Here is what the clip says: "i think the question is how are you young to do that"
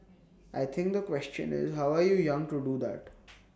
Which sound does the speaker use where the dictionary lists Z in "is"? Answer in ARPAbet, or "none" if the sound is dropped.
Z